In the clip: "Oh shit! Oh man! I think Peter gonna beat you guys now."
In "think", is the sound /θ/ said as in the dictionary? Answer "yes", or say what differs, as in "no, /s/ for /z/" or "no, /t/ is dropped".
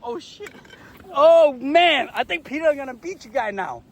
yes